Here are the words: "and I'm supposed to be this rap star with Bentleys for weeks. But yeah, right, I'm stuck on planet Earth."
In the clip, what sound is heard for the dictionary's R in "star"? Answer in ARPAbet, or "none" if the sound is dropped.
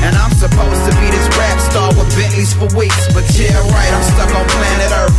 L